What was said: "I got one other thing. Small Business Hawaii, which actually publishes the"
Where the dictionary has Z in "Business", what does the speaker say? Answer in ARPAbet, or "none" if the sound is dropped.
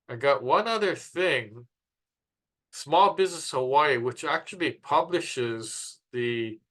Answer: Z